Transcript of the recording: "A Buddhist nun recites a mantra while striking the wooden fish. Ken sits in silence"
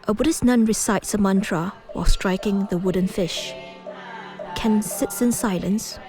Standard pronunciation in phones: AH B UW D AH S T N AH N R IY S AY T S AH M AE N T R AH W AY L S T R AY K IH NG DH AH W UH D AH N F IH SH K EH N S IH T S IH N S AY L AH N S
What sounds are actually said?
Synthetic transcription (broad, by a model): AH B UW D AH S N AH N R IY S AY T S AH M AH N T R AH W AY L S T R AY K IH NG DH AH W UH D AH N F IH SH K EH N S IH T S IH N S AY L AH N S